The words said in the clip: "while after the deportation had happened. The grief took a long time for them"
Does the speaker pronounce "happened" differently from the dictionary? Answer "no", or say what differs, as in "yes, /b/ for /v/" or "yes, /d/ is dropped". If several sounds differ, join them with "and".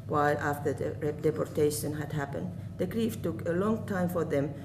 no